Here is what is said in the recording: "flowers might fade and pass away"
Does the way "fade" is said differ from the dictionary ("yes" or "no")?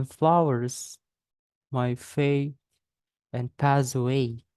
yes